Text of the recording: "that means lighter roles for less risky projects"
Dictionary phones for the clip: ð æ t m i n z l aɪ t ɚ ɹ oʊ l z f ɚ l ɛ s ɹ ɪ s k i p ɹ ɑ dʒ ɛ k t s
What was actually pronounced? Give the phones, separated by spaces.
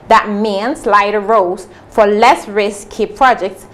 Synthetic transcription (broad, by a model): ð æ t m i n s l aɪ t ɚ ɹ oʊ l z f ɚ l ɛ s ɹ ɪ s k i p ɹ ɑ dʒ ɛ k t s